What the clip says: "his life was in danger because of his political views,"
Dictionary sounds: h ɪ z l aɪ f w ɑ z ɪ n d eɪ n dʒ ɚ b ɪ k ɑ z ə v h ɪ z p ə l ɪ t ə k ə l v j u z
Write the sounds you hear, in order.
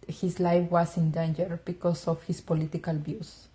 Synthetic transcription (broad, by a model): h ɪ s l aɪ f w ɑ s ɪ n d eɪ n dʒ ɚ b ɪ k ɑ s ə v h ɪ s p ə l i t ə k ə l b j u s